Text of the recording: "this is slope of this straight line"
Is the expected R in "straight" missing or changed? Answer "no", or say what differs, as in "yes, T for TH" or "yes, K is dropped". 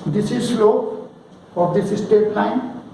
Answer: yes, R is dropped